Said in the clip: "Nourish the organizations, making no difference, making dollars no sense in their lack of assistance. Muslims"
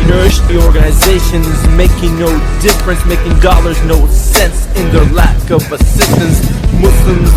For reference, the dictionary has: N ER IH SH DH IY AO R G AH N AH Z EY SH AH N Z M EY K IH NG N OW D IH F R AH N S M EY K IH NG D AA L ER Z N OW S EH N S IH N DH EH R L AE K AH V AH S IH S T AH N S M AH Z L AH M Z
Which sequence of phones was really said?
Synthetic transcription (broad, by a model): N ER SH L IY AO R G AH N AH Z EY SH AH N Z M EY K IH NG N OW D IH F R AH N S M EY K IH NG D AA L ER Z N OW S EH N S IH N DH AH R L AE K AH V AH S IH S T AH N S M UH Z L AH M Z